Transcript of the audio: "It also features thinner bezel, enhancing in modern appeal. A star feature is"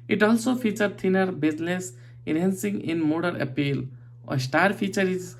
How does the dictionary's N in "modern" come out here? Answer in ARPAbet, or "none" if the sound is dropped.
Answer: none